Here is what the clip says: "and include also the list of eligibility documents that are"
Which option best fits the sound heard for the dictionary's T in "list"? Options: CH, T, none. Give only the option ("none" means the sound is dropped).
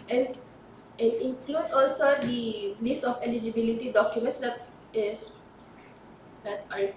none